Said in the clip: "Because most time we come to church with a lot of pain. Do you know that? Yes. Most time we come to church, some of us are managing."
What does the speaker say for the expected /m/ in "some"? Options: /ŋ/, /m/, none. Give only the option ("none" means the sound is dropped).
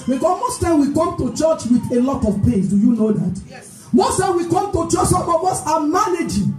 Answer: none